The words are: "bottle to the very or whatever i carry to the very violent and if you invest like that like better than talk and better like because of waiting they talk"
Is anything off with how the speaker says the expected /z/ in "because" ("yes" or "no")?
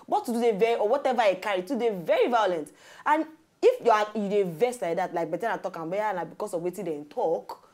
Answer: yes